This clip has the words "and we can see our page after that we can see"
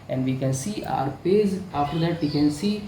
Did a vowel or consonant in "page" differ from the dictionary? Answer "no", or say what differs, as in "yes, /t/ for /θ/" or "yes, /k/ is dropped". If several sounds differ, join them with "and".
yes, /z/ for /dʒ/